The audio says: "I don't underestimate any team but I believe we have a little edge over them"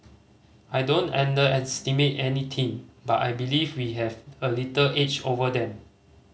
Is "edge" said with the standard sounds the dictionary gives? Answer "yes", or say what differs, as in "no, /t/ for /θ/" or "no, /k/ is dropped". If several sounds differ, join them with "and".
no, /tʃ/ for /dʒ/